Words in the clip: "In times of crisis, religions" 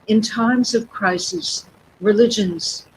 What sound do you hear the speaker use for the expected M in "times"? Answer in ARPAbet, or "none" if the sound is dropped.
M